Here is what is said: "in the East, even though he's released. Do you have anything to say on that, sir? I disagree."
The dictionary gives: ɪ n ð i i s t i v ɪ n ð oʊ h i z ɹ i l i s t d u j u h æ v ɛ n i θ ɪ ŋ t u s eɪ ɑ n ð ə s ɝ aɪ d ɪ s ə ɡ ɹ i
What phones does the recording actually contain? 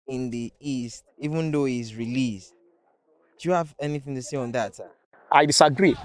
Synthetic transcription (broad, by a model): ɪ n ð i i s t i v ɪ n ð oʊ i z ɹ i l i s t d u j u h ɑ v ɛ n i θ ɪ ŋ t u s eɪ ɑ n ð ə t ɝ aɪ d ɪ s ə ɡ ɹ i